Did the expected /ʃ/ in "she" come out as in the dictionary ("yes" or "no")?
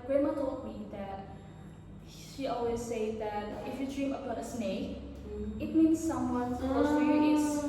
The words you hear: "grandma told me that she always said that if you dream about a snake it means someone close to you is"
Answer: yes